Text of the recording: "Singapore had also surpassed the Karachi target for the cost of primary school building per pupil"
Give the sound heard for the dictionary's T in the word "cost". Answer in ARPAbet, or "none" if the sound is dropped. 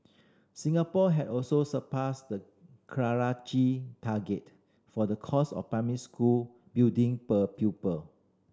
none